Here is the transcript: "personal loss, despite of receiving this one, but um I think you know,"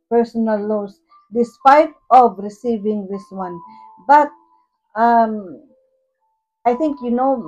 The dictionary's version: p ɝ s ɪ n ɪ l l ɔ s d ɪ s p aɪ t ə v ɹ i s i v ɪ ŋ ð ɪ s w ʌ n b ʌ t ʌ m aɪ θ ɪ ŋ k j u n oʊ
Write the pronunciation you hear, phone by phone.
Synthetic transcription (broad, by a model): p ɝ s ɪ n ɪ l l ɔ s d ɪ s p aɪ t ə v ɹ i s i v ɪ ŋ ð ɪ s w ʌ n b ʌ t ʌ m aɪ t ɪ ŋ k j u n oʊ